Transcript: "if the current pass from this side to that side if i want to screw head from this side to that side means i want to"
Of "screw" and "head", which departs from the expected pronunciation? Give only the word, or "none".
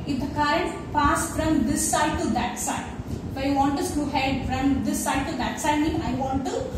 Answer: screw